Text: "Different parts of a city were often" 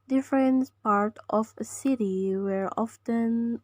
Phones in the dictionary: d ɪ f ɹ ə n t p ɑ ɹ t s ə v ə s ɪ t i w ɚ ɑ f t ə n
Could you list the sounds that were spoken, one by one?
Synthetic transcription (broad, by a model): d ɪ f ɹ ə n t p ɑ ɹ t ə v ə s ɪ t i w ɚ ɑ f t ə n